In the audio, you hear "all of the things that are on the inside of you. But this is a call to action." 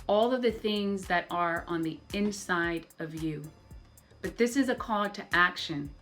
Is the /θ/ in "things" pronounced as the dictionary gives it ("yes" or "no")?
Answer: yes